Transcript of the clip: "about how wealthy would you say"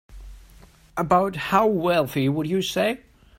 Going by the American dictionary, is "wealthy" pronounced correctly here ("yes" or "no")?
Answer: yes